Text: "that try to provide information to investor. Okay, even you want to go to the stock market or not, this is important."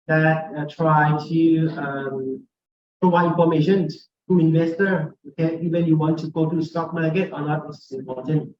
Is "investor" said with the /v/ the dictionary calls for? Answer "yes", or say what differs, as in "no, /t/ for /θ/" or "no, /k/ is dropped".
yes